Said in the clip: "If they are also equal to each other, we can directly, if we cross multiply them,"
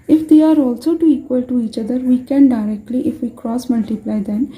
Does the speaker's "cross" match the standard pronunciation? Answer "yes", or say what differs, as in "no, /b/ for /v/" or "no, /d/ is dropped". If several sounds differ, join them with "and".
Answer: yes